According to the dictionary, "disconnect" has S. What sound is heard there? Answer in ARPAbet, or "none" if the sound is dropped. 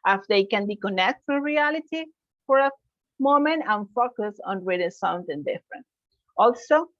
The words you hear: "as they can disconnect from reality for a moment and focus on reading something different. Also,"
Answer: none